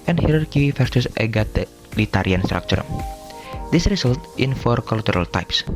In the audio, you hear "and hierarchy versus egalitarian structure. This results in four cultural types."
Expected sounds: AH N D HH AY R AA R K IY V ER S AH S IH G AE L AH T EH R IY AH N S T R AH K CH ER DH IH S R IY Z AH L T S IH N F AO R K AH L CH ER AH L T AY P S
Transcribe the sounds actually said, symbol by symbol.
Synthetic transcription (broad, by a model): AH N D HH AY R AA R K IY F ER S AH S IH G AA L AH T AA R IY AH N S T R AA K CH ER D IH S R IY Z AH L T IH N F AO R K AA L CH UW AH L T AY P S